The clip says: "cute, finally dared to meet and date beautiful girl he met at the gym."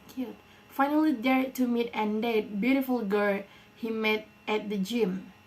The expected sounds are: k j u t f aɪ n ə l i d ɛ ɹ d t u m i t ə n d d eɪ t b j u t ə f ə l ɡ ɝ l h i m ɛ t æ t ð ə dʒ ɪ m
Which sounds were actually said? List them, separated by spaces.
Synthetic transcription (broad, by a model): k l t f aɪ n ə l i d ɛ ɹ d t u m i t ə n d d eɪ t b j u t ə f ə l ɡ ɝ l h i m ɛ t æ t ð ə dʒ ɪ m